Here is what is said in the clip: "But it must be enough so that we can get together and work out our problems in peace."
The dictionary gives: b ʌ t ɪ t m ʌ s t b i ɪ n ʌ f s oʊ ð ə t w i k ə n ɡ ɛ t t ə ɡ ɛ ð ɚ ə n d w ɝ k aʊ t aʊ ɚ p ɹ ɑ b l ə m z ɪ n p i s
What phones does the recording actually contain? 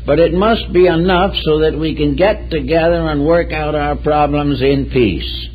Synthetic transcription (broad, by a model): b ʌ t ɪ t m ʌ s t b i ɪ n ʌ f s oʊ ð ə t w i k ə n ɡ ɛ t t ə ɡ ɛ ð ɚ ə n w ɝ k aʊ t aʊ ɚ p ɹ ɑ b l ə m z ɪ n p i s